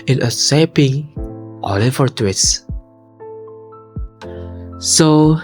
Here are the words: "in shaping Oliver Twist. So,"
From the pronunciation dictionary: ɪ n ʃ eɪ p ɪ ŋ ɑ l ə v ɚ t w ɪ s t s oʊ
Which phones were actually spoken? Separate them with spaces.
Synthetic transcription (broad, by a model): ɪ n s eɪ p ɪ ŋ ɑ l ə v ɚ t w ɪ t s s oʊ